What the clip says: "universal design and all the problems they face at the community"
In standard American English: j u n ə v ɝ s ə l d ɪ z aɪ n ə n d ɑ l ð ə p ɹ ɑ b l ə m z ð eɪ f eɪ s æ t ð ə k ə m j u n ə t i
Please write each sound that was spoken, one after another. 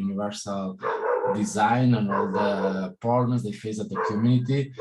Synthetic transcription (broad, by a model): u n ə v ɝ s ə l d ɪ z aɪ n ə n ɑ l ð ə p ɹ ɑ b n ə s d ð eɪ f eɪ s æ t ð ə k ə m j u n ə t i